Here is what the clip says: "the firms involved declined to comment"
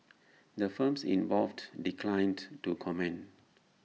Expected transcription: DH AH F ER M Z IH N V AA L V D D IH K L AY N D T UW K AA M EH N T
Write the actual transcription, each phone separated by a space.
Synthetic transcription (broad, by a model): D AH F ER M S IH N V AA L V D D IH K L AY N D T UW K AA M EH N